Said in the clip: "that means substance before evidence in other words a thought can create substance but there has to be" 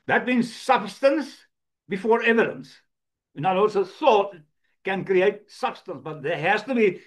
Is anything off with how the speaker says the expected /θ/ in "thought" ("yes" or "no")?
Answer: yes